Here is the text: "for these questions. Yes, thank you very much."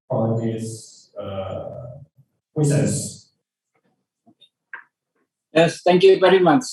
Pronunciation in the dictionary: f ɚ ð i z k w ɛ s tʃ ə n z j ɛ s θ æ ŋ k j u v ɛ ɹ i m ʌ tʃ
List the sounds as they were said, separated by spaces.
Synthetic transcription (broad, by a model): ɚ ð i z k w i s ə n s j ɛ s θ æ ŋ k j u v ɛ ɹ i m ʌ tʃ